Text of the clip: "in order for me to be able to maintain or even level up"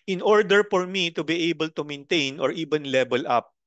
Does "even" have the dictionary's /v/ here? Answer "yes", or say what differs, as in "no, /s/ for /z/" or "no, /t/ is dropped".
no, /b/ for /v/